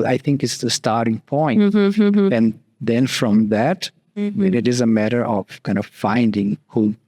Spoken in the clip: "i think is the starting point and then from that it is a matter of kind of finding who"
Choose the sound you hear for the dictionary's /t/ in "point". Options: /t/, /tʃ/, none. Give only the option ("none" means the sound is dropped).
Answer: none